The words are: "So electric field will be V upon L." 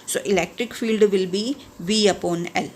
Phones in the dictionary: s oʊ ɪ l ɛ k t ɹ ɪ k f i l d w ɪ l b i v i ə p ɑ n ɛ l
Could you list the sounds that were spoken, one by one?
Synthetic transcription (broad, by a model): s oʊ ɪ l ɛ k t ɹ ɪ k f i l d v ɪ l b i v i ə p ɑ n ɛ l